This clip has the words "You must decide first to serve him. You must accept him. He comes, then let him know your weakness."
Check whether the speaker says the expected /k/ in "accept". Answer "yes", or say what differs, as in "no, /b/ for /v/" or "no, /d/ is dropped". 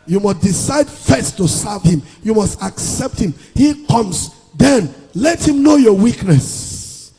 yes